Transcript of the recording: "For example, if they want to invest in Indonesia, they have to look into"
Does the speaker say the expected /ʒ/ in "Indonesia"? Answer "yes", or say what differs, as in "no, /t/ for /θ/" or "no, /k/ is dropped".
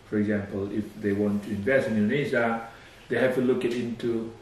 no, /z/ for /ʒ/